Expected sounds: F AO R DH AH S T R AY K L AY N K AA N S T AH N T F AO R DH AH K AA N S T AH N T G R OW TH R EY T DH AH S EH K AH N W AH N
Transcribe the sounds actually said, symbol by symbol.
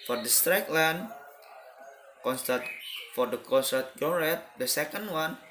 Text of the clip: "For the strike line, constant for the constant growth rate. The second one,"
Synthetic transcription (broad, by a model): F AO R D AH S T R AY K L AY N K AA N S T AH T F AO R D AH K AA N S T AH T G OW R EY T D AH S EH K AH N W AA N